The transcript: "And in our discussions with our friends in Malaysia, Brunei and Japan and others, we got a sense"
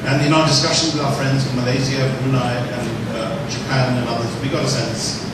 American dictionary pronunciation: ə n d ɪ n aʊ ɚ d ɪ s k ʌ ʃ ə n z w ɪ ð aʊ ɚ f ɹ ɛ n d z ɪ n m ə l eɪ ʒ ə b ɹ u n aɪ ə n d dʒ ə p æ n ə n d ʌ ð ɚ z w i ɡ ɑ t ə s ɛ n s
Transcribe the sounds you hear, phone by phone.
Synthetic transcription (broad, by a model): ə n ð ɪ n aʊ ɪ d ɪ s k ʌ ʃ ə n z w ɪ ð aʊ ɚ f ɹ ɛ n d z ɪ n m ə l eɪ z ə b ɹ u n aɪ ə n dʒ ə p æ n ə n ʌ ð ɚ z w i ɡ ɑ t ə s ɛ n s